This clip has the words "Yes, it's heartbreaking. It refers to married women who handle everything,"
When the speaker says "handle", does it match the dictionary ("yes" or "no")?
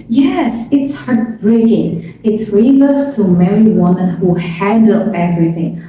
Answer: no